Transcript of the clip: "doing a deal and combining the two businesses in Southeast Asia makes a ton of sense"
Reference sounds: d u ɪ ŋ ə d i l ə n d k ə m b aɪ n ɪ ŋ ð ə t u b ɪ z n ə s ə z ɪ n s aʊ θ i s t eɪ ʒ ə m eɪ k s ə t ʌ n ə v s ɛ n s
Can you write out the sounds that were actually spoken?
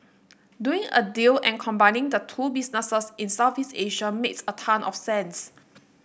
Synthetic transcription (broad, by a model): d u ɪ ŋ ə d i l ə n k ə m b aɪ n ɪ ŋ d ə t u b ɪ s n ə s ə s ɪ n s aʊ f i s eɪ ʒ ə m eɪ k s ə t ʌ n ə f s ɛ n s